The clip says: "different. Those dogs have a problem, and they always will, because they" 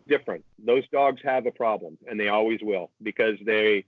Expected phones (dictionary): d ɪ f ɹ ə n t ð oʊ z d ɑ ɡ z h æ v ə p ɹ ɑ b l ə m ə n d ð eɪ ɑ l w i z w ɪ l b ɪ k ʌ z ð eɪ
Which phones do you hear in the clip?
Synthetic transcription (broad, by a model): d ɪ f ɹ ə n t ð oʊ z d ɑ ɡ z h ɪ v ə p ɹ ɑ b l ə m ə n ð eɪ ɑ l w i z w ɪ l b ɪ k ʌ z ð eɪ